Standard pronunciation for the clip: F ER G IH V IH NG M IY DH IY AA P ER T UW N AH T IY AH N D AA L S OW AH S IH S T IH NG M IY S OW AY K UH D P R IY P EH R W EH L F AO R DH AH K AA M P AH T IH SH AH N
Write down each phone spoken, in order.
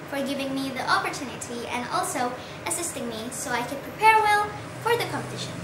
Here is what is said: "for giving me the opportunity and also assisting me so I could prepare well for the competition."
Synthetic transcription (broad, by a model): F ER G IH V IH NG M IY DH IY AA P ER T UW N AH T IY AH N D AA L S OW AH S IH S T IH NG M IY S OW AY K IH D P R IY P EH R W EH L F AO R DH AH K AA M P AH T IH SH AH N